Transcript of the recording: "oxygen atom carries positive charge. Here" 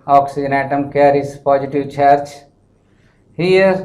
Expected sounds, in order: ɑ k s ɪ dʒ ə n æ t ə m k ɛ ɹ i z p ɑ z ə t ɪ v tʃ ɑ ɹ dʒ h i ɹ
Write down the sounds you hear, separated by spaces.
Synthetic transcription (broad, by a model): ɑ k s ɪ dʒ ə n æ t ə m k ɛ ɹ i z p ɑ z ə t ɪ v tʃ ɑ ɹ tʃ h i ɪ